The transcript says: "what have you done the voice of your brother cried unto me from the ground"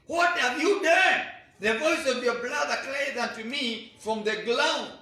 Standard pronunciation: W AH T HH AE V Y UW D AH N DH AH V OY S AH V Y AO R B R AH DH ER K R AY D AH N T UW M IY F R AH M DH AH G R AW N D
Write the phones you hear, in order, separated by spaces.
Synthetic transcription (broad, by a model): W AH T HH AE V Y UW D AH N DH AH V OY S AH V Y AO R B L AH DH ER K L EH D AH N T UW M IY F R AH M DH AH G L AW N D